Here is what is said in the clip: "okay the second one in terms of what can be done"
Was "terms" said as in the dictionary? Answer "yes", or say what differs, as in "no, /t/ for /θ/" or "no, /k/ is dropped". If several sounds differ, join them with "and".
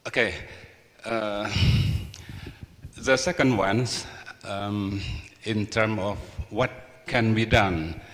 no, /z/ is dropped